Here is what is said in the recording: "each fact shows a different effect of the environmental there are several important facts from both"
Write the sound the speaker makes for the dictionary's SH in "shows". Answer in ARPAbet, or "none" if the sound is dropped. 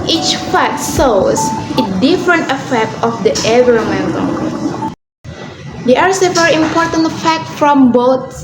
S